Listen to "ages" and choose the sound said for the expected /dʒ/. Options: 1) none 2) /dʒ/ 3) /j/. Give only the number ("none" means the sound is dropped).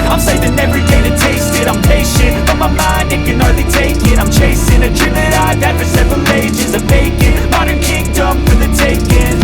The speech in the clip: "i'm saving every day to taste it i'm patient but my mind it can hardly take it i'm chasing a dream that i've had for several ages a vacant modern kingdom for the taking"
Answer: 2